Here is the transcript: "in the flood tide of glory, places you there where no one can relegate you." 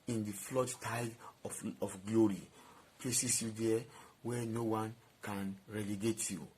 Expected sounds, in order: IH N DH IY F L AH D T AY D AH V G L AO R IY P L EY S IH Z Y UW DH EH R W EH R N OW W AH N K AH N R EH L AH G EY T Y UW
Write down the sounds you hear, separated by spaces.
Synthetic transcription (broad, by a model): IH N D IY F L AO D T AY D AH F G L AO R IY P L EY S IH S Y UW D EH W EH N OW W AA N K AH N R EH L AH G EY T Y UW